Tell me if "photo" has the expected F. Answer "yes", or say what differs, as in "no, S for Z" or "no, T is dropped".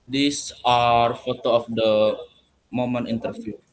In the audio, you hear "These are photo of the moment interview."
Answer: yes